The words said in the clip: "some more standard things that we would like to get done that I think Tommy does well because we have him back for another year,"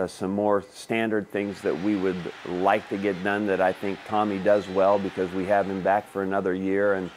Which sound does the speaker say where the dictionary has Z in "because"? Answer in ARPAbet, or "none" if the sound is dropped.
Z